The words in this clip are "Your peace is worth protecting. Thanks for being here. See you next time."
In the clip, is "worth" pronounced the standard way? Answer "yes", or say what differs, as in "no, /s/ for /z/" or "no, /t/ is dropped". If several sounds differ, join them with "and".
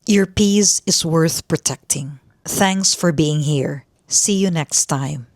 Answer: yes